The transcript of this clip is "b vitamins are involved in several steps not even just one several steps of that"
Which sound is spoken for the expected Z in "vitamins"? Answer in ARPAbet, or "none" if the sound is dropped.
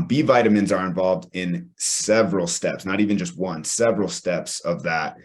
Z